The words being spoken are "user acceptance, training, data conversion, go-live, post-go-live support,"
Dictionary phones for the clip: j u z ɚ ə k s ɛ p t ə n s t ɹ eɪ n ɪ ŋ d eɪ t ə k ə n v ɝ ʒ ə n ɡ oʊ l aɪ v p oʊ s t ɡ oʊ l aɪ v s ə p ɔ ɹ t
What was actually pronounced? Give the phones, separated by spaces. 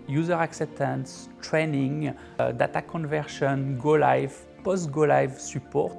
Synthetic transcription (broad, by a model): j u z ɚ ə k s ɛ p t ə n s t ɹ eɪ n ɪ ŋ d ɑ t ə k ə n v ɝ ʃ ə n ɡ oʊ l aɪ v p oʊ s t ɡ oʊ l aɪ v s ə p ɔ ɹ t